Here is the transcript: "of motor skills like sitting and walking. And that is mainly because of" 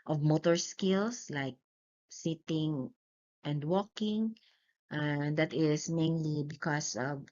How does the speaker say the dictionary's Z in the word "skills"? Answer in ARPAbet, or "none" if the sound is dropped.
S